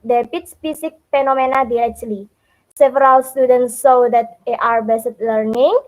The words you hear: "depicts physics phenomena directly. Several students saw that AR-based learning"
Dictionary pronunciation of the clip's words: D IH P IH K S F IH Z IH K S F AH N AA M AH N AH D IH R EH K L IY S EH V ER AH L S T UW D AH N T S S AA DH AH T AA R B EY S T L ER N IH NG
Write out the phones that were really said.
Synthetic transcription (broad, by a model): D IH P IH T S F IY S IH K F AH N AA M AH N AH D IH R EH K L IY S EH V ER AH L S T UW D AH N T S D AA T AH T AA R B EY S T L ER N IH NG